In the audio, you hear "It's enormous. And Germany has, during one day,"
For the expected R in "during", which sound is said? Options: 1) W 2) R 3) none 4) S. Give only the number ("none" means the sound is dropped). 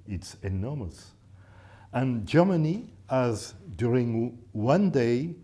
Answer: 2